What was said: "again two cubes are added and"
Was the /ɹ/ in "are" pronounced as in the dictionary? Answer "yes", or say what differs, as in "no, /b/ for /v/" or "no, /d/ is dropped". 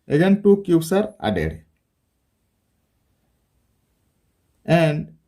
yes